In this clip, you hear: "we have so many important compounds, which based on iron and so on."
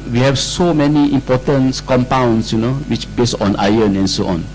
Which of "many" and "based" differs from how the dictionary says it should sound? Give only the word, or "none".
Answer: based